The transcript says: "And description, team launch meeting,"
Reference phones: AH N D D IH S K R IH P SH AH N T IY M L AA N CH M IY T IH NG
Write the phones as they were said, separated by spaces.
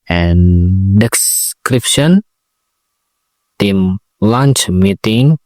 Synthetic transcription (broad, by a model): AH N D D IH S K R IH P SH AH N T IY M L AA N CH M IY T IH NG